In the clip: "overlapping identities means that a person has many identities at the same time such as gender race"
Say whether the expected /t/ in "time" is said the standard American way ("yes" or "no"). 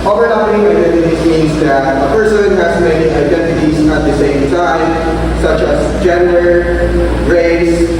no